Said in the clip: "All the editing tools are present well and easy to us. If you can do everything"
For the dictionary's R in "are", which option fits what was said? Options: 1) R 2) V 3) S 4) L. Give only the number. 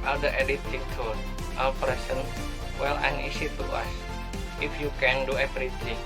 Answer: 4